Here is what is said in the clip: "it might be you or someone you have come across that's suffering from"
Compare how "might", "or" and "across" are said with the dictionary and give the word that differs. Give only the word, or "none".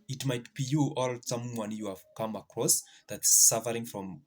or